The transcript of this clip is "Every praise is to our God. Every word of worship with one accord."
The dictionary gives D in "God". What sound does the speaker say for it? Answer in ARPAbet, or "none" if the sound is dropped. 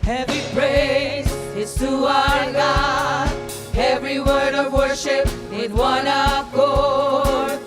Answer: none